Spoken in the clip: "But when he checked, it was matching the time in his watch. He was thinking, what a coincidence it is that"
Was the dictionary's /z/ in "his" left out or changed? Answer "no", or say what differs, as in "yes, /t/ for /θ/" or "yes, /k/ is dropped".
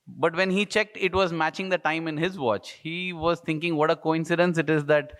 no